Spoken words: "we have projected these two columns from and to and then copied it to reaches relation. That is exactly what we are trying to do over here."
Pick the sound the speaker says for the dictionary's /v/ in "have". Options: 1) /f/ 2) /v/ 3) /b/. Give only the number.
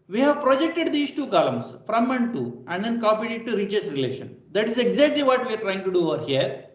2